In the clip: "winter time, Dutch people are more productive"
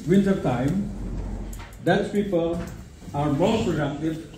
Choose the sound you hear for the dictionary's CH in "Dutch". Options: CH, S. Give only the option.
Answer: S